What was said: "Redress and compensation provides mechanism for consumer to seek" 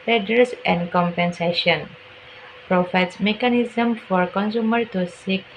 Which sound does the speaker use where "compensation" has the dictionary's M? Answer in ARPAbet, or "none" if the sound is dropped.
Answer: M